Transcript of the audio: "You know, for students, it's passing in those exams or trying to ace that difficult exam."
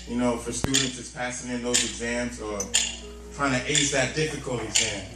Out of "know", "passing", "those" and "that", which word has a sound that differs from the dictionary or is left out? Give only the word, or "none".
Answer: none